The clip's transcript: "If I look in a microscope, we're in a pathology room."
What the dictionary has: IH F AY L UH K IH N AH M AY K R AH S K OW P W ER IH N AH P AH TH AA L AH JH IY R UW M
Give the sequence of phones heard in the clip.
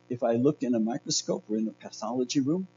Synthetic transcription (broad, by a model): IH F AY L UH K IH N AH M AY K R AH S K OW P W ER IH N AH P AH TH AA L AH JH IY R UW M